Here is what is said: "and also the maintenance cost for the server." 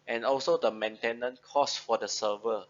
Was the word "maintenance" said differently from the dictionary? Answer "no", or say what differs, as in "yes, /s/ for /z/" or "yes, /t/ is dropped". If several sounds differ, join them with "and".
yes, /s/ is dropped